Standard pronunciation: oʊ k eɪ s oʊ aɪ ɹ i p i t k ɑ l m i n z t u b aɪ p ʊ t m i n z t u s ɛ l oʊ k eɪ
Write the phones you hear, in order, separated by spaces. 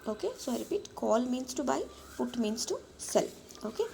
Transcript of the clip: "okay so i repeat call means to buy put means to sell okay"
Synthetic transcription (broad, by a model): oʊ k eɪ s oʊ aɪ ɹ i p i t k ɑ l m i n s t u b aɪ f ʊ t m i n s t u s ɛ l oʊ k eɪ